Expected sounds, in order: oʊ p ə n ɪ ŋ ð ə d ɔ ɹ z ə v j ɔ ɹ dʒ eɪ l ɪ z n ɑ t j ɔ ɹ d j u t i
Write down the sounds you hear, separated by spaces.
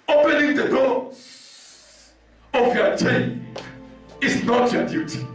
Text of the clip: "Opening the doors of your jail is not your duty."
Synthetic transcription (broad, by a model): oʊ p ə n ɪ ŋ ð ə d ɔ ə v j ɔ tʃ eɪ n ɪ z n ɑ t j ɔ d j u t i